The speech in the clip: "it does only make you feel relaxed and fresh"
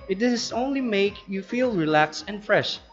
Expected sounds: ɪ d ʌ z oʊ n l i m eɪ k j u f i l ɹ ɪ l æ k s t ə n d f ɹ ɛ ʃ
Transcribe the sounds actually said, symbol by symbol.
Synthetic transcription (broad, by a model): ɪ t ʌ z oʊ n l i m eɪ k j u f i l ɹ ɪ l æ k s ə n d f ɹ ɛ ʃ